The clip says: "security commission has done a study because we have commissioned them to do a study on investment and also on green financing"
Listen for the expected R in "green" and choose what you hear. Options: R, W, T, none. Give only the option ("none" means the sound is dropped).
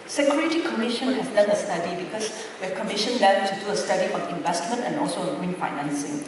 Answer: none